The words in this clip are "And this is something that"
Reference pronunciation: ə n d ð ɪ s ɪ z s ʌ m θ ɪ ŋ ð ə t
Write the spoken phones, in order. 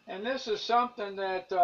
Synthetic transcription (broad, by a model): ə n ð ɪ s ɪ z s ʌ m θ ɪ ŋ ð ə t